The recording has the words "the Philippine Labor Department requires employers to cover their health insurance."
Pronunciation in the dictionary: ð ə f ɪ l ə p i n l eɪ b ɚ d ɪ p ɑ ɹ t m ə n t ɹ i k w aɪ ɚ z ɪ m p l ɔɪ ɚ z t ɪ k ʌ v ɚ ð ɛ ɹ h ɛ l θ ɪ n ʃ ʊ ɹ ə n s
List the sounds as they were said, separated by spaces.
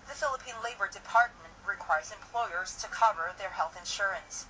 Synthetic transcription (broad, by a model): ð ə f ɪ l ə p i n l eɪ b ɚ d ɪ p ɑ ɹ t m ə n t ɹ i k w aɪ ɚ z ɪ m p l ɔɪ ɚ z t ɪ k ʌ v ɚ ð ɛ ɹ h ɛ l θ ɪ n ʃ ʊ ɹ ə n s